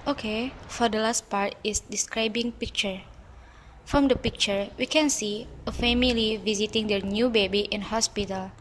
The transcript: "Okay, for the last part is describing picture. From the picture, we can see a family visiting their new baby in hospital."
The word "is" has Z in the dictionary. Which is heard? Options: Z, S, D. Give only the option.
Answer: S